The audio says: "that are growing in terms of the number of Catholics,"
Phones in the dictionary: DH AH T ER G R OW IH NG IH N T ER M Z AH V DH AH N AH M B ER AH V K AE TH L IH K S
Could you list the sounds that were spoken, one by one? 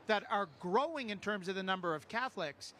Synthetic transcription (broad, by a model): DH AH T ER G R OW IH NG IH N T ER M Z AH V DH AH N AH M B ER AH V K AE TH L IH K S